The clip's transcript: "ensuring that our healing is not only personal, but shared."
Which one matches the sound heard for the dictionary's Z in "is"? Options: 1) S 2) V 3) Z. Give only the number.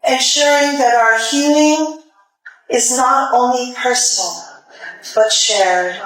3